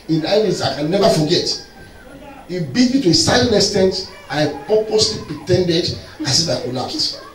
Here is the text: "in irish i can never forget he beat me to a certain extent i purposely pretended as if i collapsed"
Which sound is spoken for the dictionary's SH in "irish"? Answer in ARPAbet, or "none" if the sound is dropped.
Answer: S